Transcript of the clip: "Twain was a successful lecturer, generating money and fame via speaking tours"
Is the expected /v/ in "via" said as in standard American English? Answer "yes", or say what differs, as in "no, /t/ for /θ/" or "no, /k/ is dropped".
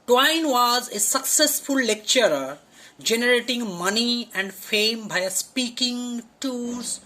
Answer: no, /b/ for /v/